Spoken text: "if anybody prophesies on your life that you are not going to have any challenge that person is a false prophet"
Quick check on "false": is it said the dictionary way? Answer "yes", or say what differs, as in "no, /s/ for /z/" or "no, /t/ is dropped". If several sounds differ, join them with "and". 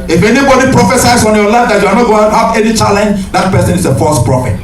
no, /l/ is dropped